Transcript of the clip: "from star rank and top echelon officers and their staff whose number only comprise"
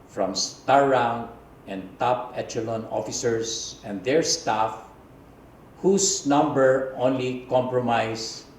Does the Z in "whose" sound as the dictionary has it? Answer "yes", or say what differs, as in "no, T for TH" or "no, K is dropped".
no, S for Z